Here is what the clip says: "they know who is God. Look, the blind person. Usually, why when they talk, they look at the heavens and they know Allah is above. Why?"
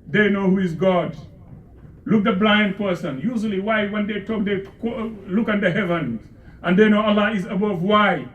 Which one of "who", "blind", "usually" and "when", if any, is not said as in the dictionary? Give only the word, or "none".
none